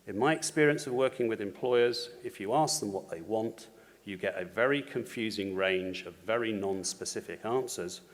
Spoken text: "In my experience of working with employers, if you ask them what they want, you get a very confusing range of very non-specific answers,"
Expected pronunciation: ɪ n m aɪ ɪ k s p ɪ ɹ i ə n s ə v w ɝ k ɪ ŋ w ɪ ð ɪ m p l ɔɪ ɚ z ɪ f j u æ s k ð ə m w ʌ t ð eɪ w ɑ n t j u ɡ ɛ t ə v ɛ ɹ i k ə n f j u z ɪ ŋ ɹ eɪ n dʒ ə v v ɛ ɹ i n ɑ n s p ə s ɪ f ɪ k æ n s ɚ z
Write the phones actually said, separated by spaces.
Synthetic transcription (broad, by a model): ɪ n m aɪ ɪ k s p ɪ ɹ i ə n s ə v w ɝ k ɪ ŋ w ɪ ð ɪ m p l ɔɪ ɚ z ɪ f j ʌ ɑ s k ð ə m w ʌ t ð eɪ w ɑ n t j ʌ ɡ ɛ t ə v ɛ ɹ i k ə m f j u z ɪ ŋ ɹ eɪ n dʒ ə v v ɛ ɹ i n ɑ n s p ə s ɪ f ɪ k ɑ n s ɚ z